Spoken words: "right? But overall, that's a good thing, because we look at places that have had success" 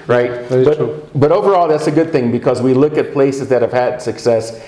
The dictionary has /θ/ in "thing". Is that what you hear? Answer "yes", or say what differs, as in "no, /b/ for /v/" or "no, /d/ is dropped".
yes